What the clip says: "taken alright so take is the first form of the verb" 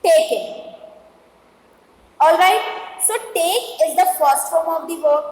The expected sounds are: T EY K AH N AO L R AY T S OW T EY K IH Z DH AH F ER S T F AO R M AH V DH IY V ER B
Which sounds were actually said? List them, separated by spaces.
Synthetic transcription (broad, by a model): T EY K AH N AO L R AY T S OW T EY K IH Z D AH F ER S T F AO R M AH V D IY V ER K